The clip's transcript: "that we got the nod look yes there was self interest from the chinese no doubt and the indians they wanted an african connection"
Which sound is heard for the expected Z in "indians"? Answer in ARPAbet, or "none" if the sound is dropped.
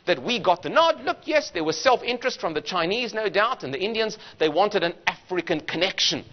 Z